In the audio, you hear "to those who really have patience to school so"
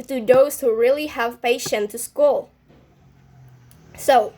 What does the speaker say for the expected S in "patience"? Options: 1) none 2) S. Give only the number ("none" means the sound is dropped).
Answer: 1